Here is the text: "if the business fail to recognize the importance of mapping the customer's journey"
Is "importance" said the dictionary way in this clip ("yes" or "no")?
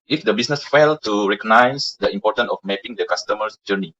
no